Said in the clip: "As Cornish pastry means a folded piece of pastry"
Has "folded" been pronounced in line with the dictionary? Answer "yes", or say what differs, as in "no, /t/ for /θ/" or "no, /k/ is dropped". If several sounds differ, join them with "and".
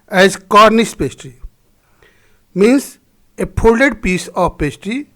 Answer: no, /p/ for /f/